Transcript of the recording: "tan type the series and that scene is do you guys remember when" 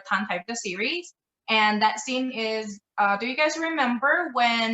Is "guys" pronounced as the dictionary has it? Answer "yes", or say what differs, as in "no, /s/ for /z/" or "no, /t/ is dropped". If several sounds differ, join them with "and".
yes